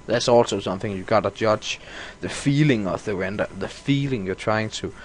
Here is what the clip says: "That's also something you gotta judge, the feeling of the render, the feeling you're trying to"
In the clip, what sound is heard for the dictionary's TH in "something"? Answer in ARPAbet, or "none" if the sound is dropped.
TH